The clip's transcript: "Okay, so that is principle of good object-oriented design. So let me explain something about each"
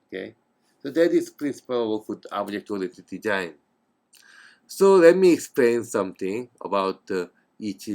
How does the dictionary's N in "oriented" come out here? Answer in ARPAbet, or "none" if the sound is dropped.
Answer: none